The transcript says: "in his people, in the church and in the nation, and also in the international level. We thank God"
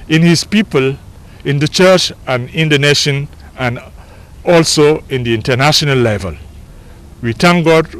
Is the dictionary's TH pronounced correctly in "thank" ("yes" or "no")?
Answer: no